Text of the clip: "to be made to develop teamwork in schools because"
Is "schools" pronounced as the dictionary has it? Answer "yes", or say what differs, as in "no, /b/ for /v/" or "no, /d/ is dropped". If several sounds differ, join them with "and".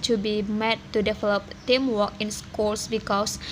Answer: no, /s/ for /z/